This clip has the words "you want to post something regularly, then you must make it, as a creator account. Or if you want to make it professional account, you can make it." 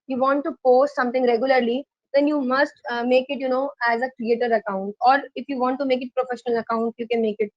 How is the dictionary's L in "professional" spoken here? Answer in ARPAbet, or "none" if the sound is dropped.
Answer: L